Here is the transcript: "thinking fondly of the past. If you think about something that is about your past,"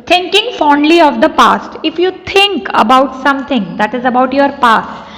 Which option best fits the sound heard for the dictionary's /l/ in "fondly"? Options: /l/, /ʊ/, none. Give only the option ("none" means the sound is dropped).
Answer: /l/